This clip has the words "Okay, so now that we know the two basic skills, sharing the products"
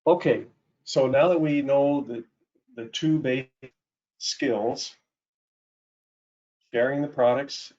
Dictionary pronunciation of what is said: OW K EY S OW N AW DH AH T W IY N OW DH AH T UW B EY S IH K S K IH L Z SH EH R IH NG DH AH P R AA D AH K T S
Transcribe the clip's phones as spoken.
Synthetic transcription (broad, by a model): OW K EY S OW N AW DH AH T W IY N OW DH AH T UW B EY IH S K IH L Z SH EH R IH NG DH AH P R AA D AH K T S